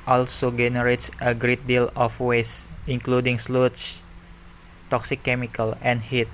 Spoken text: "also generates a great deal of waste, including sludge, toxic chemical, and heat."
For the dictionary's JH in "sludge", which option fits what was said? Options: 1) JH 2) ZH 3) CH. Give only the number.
3